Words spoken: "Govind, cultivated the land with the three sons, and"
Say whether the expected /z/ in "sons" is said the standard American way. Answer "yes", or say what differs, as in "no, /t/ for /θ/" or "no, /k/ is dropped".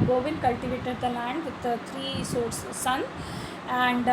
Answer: no, /z/ is dropped